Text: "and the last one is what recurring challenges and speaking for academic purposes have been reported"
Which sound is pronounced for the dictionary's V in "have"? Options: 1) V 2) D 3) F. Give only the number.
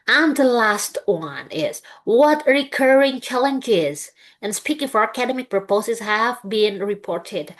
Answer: 1